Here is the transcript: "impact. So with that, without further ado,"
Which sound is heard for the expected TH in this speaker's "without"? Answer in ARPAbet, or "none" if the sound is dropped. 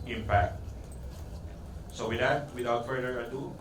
T